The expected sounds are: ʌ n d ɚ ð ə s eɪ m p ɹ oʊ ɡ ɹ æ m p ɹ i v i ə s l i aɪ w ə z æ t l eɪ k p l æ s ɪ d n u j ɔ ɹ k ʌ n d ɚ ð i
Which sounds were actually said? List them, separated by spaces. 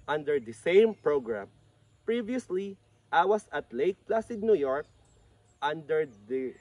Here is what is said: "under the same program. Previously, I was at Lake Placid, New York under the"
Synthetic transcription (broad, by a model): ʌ n d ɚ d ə s eɪ m p ɹ oʊ ɡ ɹ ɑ m p ɹ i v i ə s l i aɪ w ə s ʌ t l eɪ k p l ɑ s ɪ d n u j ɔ ɹ k ʌ n d ɚ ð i